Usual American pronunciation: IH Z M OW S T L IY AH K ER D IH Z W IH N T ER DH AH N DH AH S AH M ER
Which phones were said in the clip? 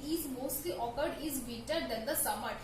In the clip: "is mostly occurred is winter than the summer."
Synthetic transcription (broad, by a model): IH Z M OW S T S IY AH K ER D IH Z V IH T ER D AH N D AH S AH M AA